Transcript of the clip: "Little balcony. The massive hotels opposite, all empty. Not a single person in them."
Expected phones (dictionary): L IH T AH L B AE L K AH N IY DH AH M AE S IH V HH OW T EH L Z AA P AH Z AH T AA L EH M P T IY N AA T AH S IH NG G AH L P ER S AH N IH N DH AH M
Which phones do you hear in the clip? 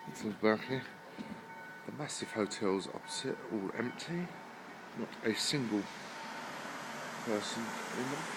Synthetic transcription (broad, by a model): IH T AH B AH K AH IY DH AH M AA S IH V HH OW T EH L Z AA P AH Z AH T AA L EH M P T IY N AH T AH S IH NG G AH L P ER S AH N IH N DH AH